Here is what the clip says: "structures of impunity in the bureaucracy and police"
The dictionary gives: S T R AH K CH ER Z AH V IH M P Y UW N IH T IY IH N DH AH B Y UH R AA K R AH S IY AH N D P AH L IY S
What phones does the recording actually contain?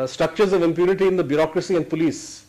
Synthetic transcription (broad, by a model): S T R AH K CH ER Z AH V IH M P Y UW N IH T IY IH N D AH B Y UH R AA K R AH S IY AH N D P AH L IY S